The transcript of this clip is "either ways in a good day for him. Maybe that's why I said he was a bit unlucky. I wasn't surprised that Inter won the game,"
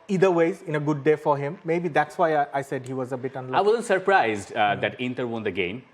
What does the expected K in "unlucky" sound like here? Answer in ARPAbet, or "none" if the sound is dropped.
none